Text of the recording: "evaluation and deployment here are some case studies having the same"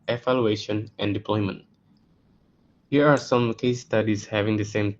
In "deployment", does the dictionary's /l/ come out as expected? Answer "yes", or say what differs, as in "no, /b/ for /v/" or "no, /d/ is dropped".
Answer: yes